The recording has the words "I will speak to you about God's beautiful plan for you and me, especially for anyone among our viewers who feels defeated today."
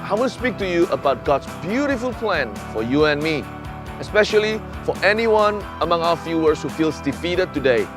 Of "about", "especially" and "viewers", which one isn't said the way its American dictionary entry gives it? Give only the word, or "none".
viewers